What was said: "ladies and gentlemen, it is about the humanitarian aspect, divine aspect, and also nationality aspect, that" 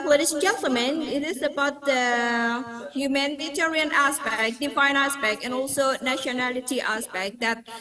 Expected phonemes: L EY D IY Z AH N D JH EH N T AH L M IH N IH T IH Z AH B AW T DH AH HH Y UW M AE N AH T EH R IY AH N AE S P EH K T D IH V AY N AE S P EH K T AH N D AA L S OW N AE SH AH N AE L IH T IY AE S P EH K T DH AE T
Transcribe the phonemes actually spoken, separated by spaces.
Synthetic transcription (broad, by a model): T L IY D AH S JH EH N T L M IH N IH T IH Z AH B AW T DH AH HH Y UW M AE N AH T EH R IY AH N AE S P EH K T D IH F AY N AE S P EH K T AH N AA L S OW N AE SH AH N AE L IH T IY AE S P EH K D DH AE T